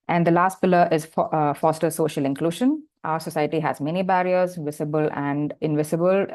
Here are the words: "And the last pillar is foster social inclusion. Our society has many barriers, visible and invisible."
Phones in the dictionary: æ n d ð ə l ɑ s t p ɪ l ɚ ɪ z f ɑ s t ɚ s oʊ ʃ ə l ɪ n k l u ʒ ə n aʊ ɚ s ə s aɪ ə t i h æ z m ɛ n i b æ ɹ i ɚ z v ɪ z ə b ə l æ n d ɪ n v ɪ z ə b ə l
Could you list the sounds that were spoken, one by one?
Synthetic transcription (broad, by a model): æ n d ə l ɑ s t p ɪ l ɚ ɪ z f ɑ s t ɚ s oʊ ʃ ə l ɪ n k l u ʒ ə n aʊ ɚ s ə s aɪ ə t i h æ z m ɛ n i b æ ɹ i ɚ z v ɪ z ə b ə l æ n d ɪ n v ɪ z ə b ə l